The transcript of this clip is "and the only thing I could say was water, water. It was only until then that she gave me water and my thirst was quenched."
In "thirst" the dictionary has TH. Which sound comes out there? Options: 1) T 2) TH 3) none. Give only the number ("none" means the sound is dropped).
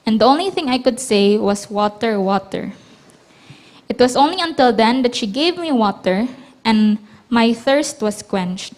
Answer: 2